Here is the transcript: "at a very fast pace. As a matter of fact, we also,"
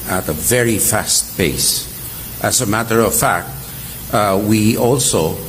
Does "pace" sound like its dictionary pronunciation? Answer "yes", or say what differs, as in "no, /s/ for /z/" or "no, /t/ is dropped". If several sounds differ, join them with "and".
no, /b/ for /p/